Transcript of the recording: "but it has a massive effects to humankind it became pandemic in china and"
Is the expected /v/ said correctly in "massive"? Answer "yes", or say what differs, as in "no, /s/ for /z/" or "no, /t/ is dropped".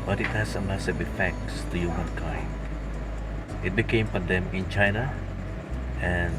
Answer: no, /w/ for /v/